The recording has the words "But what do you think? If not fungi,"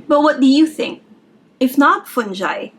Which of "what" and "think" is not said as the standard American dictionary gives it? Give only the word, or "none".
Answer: none